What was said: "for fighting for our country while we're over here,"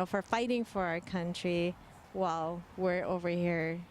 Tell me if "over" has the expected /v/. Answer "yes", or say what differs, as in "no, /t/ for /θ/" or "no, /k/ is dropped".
yes